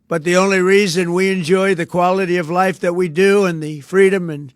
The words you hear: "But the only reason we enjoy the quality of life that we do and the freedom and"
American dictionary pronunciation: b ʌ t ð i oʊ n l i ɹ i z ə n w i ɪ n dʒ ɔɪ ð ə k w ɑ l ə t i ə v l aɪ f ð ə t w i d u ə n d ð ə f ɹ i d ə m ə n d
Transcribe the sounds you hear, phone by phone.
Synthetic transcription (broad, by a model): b ʌ t ð i oʊ n l i ɹ i z ə n w i ɪ n dʒ ɔɪ ð ə k w ɑ l ə t i ə v l aɪ f ð ə t w i d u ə n ð ə f ɹ i d ə m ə n